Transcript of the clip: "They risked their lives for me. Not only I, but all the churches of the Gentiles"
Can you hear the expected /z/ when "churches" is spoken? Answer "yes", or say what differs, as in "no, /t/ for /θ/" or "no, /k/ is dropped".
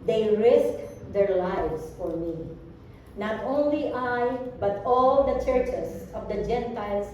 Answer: no, /s/ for /z/